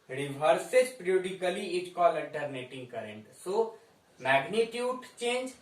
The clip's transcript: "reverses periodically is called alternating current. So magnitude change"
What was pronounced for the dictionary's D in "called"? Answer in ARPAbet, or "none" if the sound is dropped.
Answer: none